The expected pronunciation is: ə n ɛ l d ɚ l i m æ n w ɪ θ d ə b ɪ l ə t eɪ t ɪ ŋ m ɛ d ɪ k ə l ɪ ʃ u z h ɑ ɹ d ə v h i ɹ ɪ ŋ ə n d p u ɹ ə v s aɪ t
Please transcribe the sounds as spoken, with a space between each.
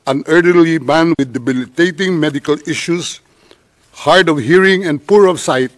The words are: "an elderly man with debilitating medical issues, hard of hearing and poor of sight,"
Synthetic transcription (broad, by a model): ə n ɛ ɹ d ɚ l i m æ n w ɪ d ə b ɪ l ə t eɪ t ɪ ŋ m ɛ d ɪ k ə l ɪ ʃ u s h ɑ ɹ d ə v h i ɹ ɪ ŋ ə n d p u ɹ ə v s aɪ t